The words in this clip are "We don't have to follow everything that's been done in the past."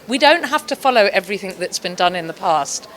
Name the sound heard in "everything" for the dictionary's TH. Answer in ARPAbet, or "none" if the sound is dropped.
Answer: TH